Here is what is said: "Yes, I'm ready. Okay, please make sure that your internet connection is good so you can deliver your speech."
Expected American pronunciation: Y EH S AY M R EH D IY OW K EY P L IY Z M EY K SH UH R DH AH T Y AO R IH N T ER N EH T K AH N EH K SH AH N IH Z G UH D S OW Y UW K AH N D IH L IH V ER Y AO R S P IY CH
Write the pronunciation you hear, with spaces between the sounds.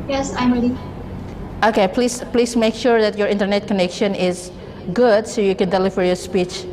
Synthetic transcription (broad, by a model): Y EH S AY M R EH D IY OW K EY P L IY S M EY K SH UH R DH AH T Y AO R IH N T ER N EH T K AH N EH K SH AH N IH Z G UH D S OW Y UW K AH N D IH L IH F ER Y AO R S P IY CH